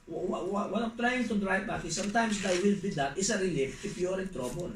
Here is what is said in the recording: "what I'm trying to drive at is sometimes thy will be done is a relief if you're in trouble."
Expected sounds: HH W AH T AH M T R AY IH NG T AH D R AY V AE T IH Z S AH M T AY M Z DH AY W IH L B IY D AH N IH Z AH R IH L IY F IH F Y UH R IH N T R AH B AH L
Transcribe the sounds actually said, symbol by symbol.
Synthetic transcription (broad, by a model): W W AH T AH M T R AY IH NG T AH D R AY B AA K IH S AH M T AY M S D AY W IH L B IY D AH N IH S AH R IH L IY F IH P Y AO R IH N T R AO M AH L